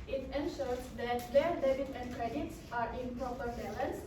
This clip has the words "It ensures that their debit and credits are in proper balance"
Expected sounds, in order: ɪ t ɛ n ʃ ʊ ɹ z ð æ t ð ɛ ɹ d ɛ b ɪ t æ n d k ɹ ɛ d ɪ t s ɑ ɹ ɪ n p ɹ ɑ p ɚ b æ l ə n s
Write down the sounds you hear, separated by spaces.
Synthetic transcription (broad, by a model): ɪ t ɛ n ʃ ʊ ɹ s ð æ t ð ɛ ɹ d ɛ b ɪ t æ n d k ɹ ɛ d ɪ t s ɑ ɹ ɪ n p ɹ ɑ p ɚ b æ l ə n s